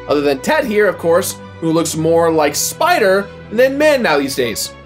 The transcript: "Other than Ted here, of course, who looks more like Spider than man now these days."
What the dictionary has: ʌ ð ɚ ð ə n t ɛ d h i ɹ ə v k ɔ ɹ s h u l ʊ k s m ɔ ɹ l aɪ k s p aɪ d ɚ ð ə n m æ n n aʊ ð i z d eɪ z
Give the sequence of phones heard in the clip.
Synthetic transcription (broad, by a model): ʌ ð ɚ ð ə n t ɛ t h i ɹ ə v k ɔ ɹ s h u l ʊ k s m ɔ ɹ l aɪ k s p aɪ d ɚ ð ə n m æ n n aʊ ð i z d eɪ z